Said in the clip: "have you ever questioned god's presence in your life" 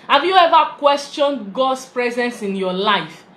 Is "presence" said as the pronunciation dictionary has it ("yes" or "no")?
yes